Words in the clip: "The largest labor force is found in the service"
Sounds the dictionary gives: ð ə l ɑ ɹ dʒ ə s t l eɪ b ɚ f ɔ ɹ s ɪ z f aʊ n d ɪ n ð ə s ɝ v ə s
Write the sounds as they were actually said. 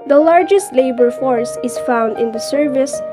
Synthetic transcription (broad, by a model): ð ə l ɑ ɹ dʒ ə s t l eɪ b ɚ f ɔ ɹ s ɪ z f aʊ n d ɪ n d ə s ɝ v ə s